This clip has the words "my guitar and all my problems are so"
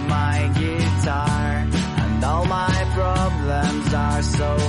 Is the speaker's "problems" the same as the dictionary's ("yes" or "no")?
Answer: yes